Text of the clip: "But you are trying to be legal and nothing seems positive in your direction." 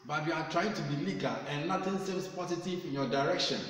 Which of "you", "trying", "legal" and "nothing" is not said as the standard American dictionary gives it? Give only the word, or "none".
nothing